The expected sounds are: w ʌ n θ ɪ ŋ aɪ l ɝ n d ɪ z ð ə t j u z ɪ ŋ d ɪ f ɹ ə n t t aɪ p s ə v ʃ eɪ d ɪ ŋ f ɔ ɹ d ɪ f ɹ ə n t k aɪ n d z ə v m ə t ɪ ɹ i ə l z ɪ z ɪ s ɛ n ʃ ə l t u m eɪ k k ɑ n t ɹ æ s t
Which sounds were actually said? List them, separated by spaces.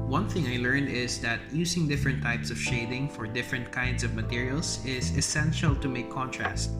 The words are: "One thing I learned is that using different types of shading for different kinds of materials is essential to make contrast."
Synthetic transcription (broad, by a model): w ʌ n θ ɪ ŋ aɪ l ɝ n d ɪ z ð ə t j u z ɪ ŋ d ɪ f ɹ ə n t t aɪ p s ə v ʃ eɪ d ɪ ŋ f ɔ ɹ d ɪ f ɹ ə n t k aɪ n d s ə v m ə t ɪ ɹ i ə l s ɪ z ɪ s ɛ n ʃ ə l t u m eɪ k k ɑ n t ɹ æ s t